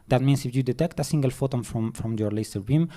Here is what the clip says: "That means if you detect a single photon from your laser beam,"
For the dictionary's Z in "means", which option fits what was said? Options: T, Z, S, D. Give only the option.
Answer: S